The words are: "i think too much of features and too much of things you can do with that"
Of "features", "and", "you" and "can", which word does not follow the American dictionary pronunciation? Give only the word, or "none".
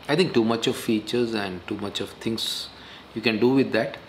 none